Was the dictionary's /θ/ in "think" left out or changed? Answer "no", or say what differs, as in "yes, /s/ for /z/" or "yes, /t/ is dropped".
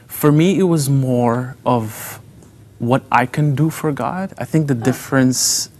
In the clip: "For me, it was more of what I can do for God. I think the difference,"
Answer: no